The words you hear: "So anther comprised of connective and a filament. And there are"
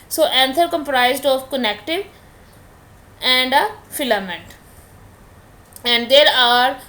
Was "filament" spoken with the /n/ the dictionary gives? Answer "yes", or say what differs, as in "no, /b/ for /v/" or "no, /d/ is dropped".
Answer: yes